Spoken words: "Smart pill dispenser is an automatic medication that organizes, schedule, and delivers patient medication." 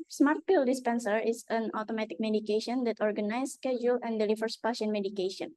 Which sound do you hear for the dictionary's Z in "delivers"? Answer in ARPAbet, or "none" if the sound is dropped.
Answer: S